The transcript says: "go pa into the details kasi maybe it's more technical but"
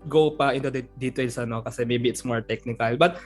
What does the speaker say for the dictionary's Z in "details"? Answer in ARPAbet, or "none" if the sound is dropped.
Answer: S